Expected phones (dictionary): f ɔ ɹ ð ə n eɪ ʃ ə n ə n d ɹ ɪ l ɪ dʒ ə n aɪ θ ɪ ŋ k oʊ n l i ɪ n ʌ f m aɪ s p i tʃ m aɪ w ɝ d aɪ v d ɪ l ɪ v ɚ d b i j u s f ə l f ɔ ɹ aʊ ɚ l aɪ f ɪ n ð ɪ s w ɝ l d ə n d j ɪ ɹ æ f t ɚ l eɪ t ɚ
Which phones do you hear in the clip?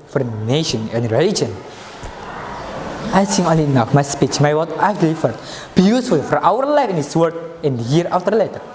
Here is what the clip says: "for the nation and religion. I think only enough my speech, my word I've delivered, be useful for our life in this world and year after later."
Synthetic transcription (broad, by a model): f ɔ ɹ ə n eɪ ʃ ə n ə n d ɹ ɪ l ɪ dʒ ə n aɪ s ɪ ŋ oʊ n l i n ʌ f m aɪ s p i tʃ m aɪ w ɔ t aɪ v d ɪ l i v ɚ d b i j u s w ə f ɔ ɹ aʊ ɚ l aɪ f ɪ n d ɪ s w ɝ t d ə n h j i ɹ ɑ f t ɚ l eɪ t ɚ